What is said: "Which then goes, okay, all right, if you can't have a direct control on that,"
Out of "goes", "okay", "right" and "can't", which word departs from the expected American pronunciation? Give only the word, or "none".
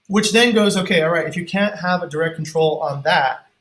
none